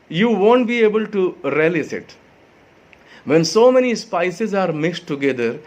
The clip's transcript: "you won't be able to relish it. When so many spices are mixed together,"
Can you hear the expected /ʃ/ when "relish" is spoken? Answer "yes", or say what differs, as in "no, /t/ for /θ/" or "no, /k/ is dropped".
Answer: no, /s/ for /ʃ/